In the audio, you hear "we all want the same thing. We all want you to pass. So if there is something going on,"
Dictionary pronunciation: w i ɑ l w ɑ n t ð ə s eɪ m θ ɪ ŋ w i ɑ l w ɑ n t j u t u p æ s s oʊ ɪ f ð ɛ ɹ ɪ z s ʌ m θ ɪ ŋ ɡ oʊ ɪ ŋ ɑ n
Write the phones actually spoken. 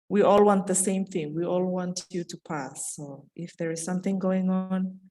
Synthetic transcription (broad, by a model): w i ɑ l w ɑ n t ð ə s eɪ m θ ɪ ŋ w i ɑ l w ɑ n t j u t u p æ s s oʊ ɪ f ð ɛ ɹ ɪ z s ʌ m θ ɪ ŋ ɡ oʊ ɪ ŋ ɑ n